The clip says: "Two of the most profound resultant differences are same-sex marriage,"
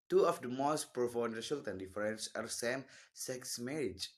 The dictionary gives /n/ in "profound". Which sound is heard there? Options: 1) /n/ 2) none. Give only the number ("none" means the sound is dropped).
2